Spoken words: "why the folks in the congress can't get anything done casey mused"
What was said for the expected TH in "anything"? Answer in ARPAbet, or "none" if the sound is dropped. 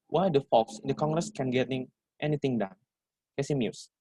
T